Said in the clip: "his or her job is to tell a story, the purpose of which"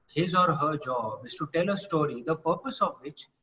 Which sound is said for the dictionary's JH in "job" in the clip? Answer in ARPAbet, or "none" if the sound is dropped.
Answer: JH